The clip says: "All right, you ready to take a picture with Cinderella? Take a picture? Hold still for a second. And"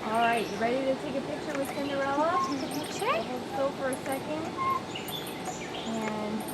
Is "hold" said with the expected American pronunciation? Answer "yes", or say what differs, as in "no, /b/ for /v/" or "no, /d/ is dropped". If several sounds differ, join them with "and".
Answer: no, /l/ is dropped